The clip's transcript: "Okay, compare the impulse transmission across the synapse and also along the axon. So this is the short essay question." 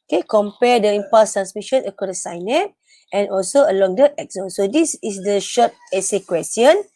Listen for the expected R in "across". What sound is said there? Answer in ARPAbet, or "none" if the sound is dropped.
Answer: none